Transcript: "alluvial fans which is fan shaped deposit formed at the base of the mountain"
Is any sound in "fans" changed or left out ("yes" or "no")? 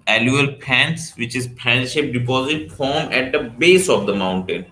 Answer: yes